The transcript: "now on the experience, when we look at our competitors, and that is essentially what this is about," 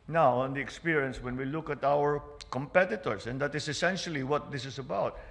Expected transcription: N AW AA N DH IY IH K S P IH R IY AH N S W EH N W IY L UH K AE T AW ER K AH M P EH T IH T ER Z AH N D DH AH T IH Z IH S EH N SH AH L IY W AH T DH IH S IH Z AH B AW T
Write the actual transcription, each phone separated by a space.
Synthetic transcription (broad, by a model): N AW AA N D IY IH K S P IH R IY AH N S W EH N W IY L UH K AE T AW ER K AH M P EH T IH T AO S AH N D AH T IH S IH S EH N SH AH L IY W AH T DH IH S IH S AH B AW T